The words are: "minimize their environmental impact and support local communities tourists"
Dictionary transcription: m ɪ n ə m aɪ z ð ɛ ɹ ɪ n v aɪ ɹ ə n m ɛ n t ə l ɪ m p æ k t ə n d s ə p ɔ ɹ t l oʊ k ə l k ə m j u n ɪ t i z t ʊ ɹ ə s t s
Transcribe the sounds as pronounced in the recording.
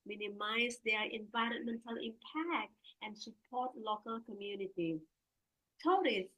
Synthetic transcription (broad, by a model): m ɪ n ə m aɪ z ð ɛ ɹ ɪ n v aɪ ɹ ə n m ɛ n t ə l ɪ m p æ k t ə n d s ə p ɔ t l oʊ k ə l k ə m j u n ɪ t i t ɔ ɹ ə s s